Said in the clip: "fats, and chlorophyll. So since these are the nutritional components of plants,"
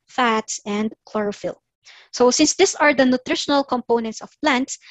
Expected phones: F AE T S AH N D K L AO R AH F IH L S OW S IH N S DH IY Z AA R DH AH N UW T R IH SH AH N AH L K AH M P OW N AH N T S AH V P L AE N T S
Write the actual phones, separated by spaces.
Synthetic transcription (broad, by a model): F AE T S AH N D K L AO R AH F IH L S OW S IH N S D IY S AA R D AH N UW T R IH SH AH N AH L K AH M P OW N AH N T S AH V P L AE N T S